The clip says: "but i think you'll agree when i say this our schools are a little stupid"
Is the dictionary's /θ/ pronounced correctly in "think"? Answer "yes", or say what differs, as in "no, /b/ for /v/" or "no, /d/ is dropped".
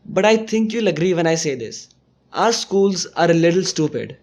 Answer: no, /t/ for /θ/